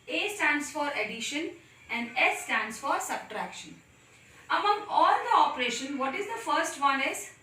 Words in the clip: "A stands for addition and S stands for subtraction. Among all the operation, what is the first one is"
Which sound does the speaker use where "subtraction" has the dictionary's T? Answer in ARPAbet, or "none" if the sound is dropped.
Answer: T